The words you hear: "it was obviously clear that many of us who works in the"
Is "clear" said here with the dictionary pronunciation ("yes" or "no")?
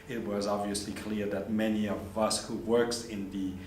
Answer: yes